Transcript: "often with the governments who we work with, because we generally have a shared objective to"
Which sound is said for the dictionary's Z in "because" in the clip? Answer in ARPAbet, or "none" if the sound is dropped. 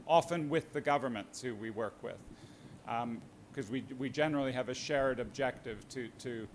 none